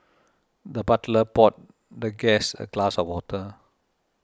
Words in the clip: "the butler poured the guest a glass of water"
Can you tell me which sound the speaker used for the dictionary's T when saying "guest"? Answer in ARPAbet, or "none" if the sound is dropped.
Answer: none